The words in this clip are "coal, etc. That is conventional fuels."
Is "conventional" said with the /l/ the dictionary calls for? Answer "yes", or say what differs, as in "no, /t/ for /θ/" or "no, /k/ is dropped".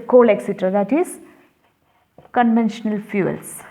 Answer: yes